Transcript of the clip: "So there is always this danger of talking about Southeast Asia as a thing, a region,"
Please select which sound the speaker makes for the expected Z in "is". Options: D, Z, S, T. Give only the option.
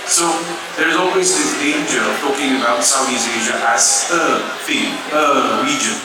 Z